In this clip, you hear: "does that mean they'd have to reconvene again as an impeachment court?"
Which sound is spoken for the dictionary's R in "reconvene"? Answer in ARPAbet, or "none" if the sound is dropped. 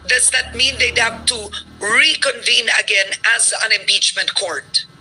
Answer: R